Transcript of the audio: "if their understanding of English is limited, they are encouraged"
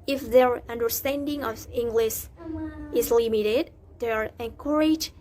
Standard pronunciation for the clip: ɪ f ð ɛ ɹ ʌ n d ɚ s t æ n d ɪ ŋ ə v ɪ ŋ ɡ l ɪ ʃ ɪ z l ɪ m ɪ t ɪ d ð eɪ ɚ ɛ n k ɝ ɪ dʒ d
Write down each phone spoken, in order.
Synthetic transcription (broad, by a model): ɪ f ð ɛ ɹ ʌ n d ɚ s t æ n d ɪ ŋ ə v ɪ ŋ ɡ l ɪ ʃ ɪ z l ɪ m ɪ t ɪ d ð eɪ ɚ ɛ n k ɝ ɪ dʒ